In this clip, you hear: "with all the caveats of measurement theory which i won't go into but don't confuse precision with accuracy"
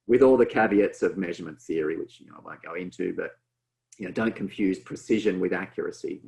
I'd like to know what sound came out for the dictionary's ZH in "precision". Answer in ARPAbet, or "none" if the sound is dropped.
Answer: ZH